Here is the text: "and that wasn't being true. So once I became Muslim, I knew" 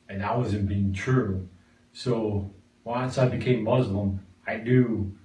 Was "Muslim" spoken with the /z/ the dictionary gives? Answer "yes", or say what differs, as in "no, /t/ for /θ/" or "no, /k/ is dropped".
yes